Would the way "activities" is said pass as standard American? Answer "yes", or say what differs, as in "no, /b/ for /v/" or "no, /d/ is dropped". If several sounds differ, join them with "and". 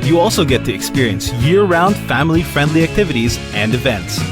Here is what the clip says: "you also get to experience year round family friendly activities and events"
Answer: yes